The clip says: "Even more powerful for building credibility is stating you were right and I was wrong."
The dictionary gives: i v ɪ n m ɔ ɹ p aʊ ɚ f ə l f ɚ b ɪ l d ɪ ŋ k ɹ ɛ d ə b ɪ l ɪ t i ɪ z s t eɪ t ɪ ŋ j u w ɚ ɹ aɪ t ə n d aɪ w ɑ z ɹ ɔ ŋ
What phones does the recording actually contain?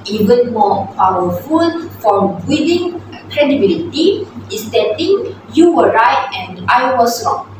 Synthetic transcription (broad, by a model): i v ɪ n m ɔ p aʊ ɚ f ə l f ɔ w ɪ d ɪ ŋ k ɹ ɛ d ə b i l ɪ t i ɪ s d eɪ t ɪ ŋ j u w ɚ ɹ aɪ t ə n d aɪ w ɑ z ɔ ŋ